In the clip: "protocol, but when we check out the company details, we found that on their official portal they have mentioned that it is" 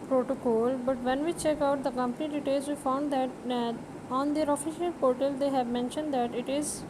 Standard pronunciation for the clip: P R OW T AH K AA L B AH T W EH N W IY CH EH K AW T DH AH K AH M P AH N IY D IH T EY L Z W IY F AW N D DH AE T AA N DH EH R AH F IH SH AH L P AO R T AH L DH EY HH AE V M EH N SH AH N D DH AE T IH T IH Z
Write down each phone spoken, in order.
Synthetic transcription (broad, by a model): P R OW T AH K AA L B AH T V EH N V IY CH EH K AW T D AH K AH M P AH N IY D IH T EY L Z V IY F AW N D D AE T AA N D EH R AH F IH SH AH L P AO R T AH L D EY HH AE V M EH N SH AH N D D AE T IH T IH Z